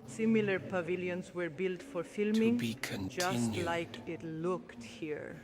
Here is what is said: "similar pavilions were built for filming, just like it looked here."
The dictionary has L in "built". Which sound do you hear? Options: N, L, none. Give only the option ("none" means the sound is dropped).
L